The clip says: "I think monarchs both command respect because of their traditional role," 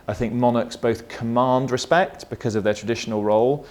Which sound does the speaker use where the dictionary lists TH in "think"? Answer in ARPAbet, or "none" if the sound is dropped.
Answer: TH